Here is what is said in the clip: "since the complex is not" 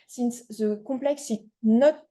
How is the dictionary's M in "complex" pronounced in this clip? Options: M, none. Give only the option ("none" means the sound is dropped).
none